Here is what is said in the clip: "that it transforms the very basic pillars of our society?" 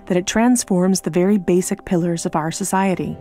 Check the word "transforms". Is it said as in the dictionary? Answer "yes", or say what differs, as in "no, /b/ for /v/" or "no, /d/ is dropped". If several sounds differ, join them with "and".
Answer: yes